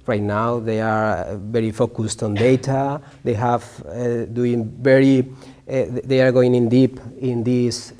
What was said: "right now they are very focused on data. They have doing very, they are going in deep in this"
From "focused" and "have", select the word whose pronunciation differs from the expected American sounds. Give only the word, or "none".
none